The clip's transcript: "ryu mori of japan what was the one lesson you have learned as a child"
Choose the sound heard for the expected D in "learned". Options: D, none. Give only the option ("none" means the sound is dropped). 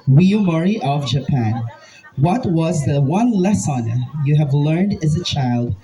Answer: D